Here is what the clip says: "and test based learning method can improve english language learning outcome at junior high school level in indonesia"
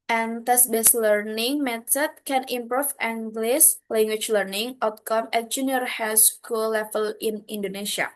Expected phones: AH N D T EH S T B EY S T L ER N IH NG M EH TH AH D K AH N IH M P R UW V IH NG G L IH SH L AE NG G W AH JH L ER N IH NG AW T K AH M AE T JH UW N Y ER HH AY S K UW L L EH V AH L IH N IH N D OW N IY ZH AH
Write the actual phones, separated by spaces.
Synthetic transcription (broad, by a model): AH N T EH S B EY S L ER N IH NG M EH T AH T K AH N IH M P R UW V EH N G L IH S L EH NG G W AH CH L ER N IH NG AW T K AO M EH T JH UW N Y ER HH AY S K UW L L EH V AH L IH N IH N D OW N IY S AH